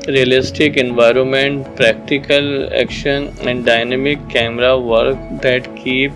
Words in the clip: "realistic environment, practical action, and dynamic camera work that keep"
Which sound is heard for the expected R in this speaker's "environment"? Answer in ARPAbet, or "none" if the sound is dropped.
R